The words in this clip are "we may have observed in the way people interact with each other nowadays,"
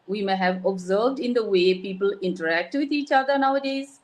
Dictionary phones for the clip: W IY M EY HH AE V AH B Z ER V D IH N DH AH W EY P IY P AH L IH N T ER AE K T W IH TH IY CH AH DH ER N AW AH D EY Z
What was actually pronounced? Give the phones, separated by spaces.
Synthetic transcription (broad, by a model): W IY M EY HH AE V AH B Z ER V D IH N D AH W EY P IY P AH L IH N T ER AE K T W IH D IY CH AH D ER N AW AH D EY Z